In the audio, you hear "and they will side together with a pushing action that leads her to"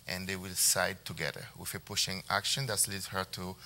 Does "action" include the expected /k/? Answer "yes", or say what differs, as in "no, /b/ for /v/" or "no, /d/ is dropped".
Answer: yes